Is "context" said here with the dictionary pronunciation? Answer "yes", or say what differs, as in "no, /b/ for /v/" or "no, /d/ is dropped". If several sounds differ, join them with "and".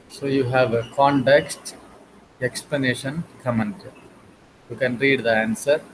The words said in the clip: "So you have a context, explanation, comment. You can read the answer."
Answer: yes